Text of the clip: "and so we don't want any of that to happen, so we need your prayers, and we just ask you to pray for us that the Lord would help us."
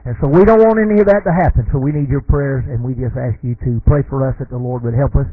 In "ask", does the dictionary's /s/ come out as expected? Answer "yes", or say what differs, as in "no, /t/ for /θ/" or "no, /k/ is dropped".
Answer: yes